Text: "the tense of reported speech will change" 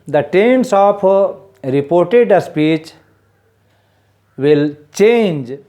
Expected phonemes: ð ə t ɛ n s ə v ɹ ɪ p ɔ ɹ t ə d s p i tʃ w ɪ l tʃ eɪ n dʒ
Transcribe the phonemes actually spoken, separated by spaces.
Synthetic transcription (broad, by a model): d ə t ɛ n s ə p ɹ ɪ p ɔ ɹ t ə d s p i tʃ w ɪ l tʃ eɪ n dʒ